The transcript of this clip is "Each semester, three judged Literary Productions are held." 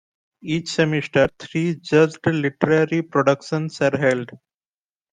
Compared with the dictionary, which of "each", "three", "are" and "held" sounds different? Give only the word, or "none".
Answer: three